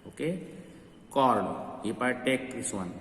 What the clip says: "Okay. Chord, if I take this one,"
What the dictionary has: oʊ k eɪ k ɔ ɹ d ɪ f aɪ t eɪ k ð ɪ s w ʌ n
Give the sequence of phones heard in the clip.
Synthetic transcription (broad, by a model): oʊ k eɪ k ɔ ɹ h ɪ p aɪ t eɪ k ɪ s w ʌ n